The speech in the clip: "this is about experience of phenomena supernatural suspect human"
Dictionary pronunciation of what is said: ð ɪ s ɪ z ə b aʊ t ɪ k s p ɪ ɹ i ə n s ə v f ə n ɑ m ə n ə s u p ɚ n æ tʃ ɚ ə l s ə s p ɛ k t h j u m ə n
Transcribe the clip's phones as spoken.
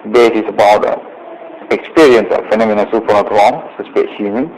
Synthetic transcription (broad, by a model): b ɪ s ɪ s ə b aʊ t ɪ k s p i ɹ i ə n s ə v f ə n ɑ m ə n ə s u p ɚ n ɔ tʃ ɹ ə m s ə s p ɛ t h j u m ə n